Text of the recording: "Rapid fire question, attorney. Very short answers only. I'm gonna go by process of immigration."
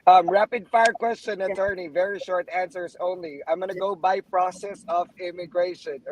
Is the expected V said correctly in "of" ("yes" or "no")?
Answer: yes